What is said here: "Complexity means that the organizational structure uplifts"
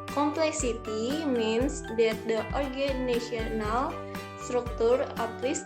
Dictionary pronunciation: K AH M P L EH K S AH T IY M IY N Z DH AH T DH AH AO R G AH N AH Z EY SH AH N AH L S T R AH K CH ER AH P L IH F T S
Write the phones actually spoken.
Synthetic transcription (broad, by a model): K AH M P L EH K S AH T IY M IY N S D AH T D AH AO R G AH N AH S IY AH N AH L S T R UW K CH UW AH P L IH S